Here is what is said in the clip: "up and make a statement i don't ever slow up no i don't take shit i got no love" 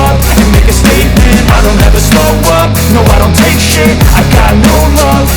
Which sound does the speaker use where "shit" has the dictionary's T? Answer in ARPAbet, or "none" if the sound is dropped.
none